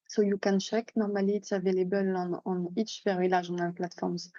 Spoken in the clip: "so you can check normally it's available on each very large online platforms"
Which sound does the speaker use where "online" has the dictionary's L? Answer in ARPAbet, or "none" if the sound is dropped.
none